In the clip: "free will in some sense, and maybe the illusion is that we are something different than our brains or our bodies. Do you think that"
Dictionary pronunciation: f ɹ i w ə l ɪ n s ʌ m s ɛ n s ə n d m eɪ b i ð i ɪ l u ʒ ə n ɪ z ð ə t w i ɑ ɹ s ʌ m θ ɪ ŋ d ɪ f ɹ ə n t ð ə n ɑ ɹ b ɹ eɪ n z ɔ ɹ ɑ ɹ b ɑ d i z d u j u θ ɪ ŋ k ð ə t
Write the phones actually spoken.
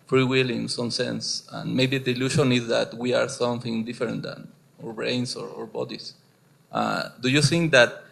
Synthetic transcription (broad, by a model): f ɹ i w ə l ɪ n s ʌ m s ɛ n s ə n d m eɪ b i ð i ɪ l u ʃ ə n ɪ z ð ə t w i ɑ ɹ s ʌ m θ ɪ ŋ d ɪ f ɹ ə n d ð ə n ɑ ɹ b ɹ eɪ n s ɔ ɹ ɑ ɹ b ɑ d i s d u j u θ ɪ ŋ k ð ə t